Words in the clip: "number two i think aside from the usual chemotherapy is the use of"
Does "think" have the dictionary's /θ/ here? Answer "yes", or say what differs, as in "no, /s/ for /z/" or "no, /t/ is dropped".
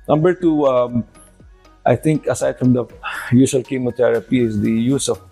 no, /t/ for /θ/